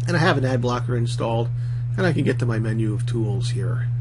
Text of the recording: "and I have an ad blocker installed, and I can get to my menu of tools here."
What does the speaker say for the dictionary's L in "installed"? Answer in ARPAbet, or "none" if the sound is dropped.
L